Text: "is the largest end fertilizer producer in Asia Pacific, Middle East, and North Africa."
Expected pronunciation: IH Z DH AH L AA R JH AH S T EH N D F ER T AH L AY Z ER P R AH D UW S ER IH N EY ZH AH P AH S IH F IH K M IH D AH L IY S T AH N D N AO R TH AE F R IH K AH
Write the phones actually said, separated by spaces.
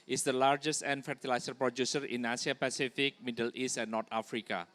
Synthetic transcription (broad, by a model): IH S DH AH L AA R JH AH S T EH N F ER T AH L AY S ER P R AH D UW S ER IH N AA S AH P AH S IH F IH K M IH D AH L IY S T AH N N AO R T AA F R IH K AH